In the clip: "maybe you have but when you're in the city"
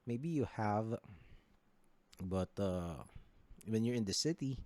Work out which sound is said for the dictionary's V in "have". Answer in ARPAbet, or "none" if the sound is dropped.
V